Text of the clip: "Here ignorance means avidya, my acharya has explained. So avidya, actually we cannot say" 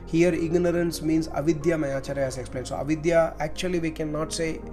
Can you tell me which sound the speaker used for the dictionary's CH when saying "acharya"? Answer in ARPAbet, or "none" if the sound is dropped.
CH